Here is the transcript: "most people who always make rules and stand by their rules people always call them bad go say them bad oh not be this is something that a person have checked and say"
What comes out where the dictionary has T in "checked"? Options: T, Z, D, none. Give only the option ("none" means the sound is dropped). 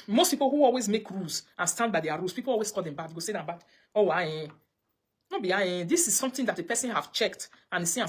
T